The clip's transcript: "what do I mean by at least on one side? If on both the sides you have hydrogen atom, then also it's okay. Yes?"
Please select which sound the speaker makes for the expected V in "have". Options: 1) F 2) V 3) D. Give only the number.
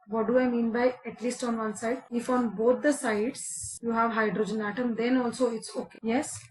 2